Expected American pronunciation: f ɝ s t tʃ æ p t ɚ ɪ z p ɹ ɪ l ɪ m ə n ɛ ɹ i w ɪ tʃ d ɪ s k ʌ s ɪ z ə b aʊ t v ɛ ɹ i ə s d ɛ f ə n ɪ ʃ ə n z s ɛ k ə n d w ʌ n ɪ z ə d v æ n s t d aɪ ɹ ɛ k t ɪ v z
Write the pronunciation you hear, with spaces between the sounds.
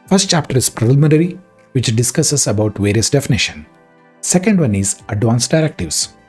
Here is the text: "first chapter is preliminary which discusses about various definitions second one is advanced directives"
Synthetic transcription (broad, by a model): f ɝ s t tʃ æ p t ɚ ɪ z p ɹ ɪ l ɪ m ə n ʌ ɹ i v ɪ tʃ d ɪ s k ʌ s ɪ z ə b aʊ t v ɛ ɹ i ə s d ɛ f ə n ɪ ʃ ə n s ɛ k ə n d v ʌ n ɪ z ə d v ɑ n s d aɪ ɹ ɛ k t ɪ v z